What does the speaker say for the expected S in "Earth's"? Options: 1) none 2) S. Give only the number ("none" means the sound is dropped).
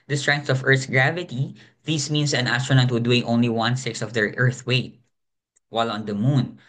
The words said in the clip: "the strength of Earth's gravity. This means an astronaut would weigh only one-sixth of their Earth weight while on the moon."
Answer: 1